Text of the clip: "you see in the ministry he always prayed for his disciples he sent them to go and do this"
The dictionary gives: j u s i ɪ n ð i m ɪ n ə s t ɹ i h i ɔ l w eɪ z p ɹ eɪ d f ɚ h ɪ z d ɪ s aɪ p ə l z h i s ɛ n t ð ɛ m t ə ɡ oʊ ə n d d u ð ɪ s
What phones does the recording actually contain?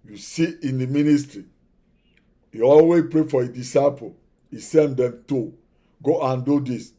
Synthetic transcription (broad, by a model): j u s i ɪ n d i m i n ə s t ɹ i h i ɔ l w eɪ p ɹ eɪ f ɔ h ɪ d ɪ s aɪ p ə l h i s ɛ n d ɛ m t ə ɡ oʊ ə n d d u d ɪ s